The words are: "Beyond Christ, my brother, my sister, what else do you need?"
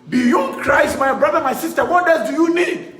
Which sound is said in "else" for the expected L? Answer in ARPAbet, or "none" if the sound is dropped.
none